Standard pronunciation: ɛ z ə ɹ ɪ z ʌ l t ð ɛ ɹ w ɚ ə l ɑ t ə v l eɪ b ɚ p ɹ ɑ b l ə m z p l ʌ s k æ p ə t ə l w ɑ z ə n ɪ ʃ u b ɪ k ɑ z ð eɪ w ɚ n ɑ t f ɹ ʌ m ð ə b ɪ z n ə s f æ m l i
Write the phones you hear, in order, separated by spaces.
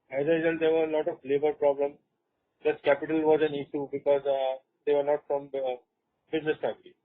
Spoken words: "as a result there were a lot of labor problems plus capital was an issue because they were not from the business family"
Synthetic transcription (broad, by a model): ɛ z ə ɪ s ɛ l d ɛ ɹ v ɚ ə l ɑ t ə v l eɪ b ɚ p ɹ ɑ b l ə m p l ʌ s k æ p ə t ə l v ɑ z ə n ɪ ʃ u b ɪ k ɑ z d eɪ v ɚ n ɑ t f ɹ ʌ m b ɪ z n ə s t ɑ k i